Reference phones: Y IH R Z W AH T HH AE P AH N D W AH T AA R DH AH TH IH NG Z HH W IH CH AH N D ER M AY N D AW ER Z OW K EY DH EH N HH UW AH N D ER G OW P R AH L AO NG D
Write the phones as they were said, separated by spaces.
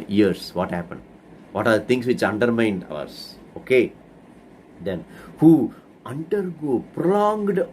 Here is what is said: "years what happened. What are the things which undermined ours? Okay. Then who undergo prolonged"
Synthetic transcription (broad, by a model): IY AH R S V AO T HH AE P AH N D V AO T AA R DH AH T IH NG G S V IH CH AH N D ER M AY N D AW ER S OW K EY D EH N HH UW AH N D ER G OW P R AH L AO NG D